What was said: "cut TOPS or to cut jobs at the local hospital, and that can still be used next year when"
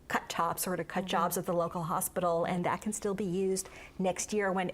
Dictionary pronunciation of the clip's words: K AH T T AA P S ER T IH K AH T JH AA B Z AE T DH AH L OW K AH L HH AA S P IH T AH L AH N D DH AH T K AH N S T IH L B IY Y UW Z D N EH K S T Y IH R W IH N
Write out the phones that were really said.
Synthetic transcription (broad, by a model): K AH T T AA P S ER T IH K AH T JH AA B Z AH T DH AH L OW K L HH AA S P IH T L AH N DH AH T K N S T IH L B IY Y UW Z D N EH K S T Y IH R W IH N